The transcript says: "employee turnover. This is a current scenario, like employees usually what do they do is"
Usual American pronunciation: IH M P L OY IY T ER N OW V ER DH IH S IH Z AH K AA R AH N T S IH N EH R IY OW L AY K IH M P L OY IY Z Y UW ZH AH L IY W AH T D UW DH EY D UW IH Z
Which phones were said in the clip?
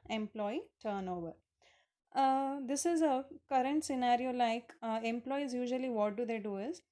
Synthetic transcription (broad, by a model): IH M P L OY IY T ER N OW V ER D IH S IH Z AH K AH R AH N T S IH N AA R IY OW L AY K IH M P L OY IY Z Y UW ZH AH L IY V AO T D UW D EY D UW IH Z